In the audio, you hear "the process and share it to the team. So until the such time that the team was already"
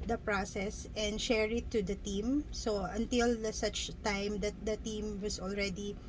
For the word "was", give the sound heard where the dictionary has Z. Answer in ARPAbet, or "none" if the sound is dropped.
S